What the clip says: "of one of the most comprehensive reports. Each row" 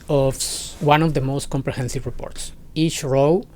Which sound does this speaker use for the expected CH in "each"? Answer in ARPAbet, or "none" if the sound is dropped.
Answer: CH